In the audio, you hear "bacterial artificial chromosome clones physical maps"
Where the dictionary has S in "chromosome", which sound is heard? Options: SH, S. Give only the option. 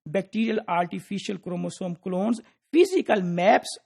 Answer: S